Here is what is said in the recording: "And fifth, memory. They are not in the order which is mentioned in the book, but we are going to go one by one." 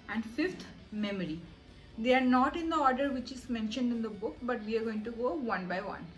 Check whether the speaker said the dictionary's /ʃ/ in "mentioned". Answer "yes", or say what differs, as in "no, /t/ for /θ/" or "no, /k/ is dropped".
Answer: yes